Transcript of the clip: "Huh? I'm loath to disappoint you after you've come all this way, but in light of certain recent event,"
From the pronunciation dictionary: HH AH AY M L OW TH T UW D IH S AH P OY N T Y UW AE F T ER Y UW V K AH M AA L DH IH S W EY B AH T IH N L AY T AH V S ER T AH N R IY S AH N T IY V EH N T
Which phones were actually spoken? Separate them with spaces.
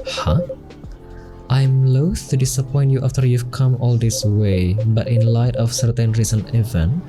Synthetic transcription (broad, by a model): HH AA AY M L OW TH T UW D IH S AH P OY N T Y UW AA F T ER Y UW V K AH M AA L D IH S W EY B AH T IH N L AY T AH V S ER T AH N R IY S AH N IY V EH N